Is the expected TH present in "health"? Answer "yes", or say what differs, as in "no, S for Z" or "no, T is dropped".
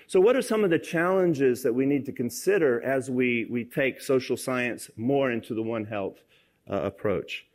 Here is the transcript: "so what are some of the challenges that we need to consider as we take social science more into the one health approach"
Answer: yes